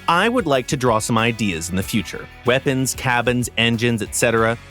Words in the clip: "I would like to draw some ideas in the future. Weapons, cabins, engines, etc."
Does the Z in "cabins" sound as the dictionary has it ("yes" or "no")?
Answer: yes